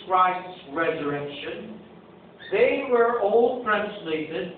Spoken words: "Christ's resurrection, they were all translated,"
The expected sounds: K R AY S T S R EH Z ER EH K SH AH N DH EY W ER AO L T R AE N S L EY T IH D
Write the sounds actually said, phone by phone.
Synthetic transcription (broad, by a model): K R AY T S R EH Z ER EH K SH AH N DH EY W ER AO L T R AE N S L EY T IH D